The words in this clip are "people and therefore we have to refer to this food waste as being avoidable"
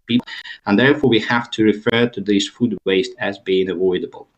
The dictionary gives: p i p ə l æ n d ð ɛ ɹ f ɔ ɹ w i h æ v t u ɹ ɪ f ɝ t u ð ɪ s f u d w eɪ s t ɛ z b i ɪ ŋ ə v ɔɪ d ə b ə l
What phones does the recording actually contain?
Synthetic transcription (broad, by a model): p i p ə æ n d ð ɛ ɹ f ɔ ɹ w i h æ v t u ɹ ɪ f ɝ t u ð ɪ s f u d w eɪ s t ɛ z b i ɪ ŋ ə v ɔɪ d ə b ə l